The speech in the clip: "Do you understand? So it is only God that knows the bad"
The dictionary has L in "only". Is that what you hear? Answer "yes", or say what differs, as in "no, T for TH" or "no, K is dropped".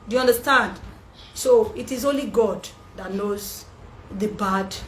yes